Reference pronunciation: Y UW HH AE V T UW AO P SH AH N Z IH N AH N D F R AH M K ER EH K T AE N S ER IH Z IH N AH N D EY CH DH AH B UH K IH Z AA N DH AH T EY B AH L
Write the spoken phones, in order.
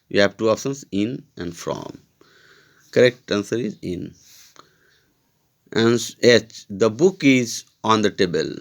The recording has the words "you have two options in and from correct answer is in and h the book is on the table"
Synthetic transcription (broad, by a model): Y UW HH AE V T UW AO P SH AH N S IH N AH N D F R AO M K ER EH K T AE N S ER IH Z IH N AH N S EY CH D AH B UH K IH Z AA N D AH T EY B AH L